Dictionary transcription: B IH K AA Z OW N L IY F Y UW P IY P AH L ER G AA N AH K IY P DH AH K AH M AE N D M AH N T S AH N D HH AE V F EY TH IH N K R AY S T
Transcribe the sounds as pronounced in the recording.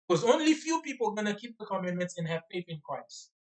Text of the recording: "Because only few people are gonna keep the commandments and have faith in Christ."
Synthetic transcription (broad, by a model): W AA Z OW N L IY F Y UW P IY P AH L G AA N AH K IY P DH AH K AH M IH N M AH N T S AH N HH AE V P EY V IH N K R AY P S